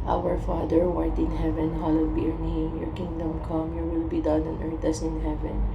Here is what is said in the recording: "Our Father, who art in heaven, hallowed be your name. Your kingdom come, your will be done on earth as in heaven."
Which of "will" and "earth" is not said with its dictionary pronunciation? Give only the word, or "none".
earth